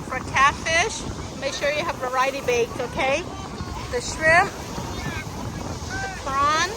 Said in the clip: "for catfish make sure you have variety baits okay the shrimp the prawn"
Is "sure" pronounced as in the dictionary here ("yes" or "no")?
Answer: yes